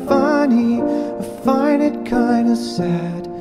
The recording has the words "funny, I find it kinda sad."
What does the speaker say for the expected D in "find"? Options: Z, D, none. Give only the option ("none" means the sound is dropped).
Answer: none